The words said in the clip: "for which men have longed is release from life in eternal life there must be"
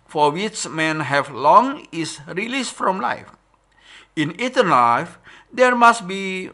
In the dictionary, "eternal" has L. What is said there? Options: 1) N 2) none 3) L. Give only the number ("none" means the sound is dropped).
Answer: 1